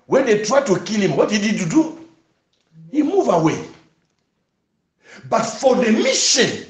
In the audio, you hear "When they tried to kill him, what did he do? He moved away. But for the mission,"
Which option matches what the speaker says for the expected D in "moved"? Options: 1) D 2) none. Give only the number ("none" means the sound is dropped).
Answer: 2